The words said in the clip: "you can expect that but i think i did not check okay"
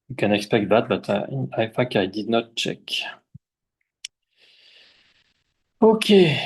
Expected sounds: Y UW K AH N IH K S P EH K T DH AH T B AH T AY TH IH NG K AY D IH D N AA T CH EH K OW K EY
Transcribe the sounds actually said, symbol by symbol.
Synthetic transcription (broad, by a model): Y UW K AH N IH K S P EH K T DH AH T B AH T AY F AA K AY D IH D N AA T CH EH K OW K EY